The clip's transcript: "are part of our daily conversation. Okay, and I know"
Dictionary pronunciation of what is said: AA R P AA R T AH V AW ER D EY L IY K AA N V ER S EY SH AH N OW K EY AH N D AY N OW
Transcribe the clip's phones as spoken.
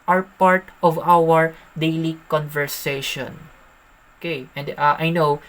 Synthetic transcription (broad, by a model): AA R P AA R T AH V AW ER D EY L IY K AA N V ER S EY SH AH N OW K EY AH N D AY N OW